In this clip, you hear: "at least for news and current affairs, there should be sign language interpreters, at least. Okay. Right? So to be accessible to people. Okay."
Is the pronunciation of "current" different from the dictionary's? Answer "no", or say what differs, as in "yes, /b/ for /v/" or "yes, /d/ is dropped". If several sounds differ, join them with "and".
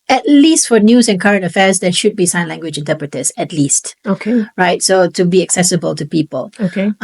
no